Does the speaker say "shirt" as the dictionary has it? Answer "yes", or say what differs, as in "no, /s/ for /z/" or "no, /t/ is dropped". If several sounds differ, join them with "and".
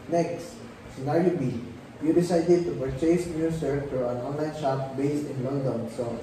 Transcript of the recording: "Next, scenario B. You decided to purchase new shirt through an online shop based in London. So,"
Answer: no, /s/ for /ʃ/